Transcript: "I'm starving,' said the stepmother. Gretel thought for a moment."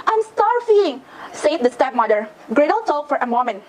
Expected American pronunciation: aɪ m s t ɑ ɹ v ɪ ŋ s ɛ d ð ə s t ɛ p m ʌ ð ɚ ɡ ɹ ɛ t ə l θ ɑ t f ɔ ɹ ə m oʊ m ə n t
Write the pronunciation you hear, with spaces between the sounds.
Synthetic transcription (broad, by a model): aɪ m s t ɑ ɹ f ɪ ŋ s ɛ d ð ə s t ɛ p m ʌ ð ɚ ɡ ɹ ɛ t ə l t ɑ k f ɔ ɹ ə m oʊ m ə n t